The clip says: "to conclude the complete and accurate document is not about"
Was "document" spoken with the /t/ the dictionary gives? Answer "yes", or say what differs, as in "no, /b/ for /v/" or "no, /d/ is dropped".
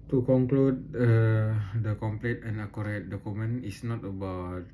no, /t/ is dropped